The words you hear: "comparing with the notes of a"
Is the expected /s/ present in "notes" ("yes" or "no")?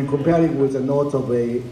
no